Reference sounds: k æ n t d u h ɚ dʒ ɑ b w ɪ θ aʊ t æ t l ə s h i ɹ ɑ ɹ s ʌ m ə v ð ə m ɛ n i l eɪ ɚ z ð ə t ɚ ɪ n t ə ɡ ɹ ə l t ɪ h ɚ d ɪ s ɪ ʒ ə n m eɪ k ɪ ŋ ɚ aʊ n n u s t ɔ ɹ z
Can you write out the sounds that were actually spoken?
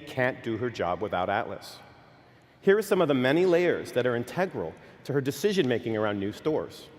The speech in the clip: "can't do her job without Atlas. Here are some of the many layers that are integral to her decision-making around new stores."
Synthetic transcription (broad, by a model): k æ n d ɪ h ɚ dʒ ɑ b w ɪ θ aʊ t æ t l ə s h i ɹ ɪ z s ʌ m ə v ð ə m ɛ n i l eɪ ɚ z ð ə t ɚ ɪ n t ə ɡ ɹ l t ɪ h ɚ d ɪ s ɪ ʒ ə n m eɪ k ɪ ŋ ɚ aʊ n n u s t ɔ ɹ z